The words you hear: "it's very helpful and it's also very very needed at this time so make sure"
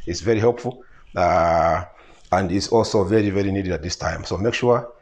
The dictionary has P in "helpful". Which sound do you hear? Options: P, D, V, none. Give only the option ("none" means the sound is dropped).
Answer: P